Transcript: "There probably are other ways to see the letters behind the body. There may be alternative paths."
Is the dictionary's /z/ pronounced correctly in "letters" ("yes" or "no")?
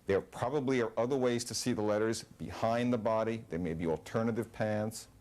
yes